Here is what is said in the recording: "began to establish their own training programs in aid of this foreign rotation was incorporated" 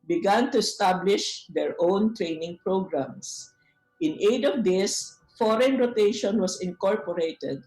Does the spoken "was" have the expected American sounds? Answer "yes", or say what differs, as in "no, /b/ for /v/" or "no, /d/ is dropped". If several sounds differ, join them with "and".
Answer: no, /s/ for /z/